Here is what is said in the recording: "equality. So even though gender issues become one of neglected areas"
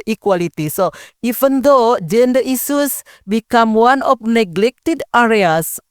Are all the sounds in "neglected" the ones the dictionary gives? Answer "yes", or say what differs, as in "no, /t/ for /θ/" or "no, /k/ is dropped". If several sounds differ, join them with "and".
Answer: yes